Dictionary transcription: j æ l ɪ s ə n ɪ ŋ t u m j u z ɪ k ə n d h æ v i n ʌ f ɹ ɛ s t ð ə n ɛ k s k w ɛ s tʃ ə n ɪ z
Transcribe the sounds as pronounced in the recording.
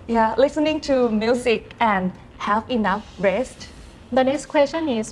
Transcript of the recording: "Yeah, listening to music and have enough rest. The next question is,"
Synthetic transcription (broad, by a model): j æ l ɪ s ə n ɪ ŋ t u m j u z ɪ k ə n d h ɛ f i n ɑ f ɹ ɛ s t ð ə n ɛ k s k w ɛ s tʃ ə n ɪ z